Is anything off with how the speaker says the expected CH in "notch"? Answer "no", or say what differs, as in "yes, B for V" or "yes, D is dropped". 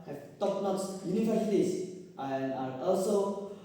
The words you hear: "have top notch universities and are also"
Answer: yes, S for CH